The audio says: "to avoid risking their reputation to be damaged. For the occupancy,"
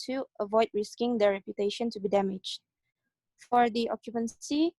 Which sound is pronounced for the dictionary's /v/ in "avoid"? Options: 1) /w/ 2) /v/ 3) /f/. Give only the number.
2